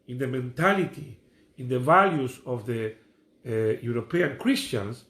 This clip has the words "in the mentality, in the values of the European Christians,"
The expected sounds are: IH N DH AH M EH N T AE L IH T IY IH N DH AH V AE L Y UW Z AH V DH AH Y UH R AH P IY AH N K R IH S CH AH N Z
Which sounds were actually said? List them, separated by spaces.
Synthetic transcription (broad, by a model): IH N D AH M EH N T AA L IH T IY IH N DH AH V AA L Y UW S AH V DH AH Y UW R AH P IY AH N K R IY S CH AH N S